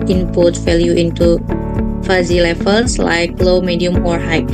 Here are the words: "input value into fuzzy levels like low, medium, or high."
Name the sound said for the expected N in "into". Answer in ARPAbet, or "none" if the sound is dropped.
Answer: N